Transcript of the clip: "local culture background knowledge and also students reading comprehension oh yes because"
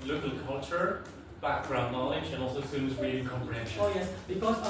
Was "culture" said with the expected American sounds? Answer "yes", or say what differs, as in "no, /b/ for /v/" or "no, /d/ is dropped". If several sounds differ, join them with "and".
yes